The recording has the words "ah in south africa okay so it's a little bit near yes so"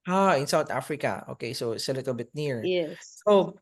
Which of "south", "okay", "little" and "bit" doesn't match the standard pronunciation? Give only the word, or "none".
south